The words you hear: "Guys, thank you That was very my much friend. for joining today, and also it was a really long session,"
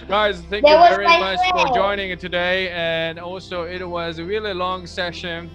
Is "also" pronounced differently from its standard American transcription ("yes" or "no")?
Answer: no